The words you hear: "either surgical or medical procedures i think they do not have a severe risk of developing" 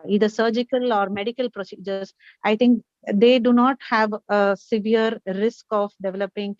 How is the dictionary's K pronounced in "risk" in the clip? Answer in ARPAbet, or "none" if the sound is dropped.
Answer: K